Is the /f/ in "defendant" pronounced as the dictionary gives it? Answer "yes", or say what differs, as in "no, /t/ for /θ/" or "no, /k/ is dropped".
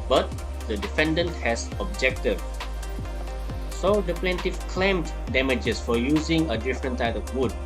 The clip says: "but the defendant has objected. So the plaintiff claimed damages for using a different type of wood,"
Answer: yes